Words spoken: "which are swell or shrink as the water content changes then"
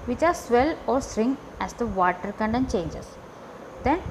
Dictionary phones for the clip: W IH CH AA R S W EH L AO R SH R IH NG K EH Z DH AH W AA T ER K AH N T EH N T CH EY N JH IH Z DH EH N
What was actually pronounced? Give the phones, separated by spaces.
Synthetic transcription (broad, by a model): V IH CH AA R S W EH L AO R S R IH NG EH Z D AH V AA T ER K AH N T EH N CH EY N JH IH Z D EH N